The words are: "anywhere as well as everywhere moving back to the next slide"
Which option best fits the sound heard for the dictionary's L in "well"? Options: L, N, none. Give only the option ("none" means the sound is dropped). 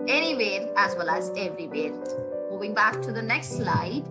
L